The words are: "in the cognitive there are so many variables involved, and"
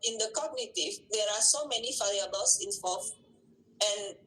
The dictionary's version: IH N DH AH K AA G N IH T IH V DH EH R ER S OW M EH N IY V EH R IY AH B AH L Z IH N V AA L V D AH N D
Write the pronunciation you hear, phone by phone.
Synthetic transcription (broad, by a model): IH N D AH K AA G N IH T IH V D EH R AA S OW M EH N IY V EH L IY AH B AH L S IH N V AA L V AH N